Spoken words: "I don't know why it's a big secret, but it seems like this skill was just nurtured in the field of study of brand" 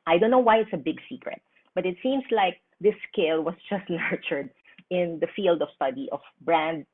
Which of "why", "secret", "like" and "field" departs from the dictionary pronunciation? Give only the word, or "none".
none